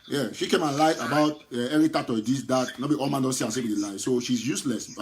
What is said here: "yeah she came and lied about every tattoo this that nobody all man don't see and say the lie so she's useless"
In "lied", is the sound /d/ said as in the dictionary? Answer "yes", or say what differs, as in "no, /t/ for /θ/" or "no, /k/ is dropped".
no, /d/ is dropped